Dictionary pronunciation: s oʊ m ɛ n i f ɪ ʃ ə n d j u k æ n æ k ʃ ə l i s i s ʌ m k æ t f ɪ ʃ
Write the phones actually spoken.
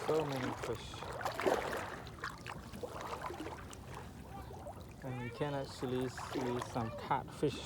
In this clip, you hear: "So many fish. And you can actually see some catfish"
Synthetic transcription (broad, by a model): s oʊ m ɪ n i f ɪ ʃ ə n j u k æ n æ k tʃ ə l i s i s ʌ m k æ t f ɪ ʃ